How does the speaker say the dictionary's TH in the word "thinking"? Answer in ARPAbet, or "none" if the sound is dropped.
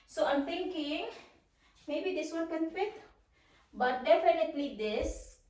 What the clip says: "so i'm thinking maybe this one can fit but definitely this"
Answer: T